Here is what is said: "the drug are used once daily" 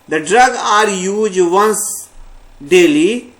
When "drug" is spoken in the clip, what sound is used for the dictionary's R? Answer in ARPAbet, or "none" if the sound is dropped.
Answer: R